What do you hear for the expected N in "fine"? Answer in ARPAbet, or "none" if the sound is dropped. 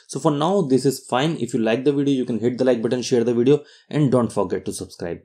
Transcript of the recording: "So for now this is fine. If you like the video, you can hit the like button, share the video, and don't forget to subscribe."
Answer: N